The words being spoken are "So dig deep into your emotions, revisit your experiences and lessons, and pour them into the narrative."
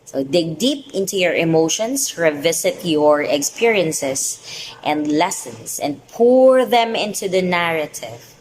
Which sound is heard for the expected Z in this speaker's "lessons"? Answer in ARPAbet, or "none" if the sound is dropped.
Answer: S